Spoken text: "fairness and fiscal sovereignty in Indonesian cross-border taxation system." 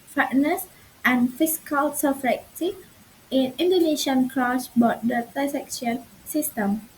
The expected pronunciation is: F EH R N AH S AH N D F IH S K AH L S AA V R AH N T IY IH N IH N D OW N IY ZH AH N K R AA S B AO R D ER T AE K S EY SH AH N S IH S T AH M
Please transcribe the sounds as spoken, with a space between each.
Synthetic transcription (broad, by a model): F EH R N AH S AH N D F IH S K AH L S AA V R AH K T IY IH N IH N D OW N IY SH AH N K R AA S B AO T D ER S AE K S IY AH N S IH S T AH M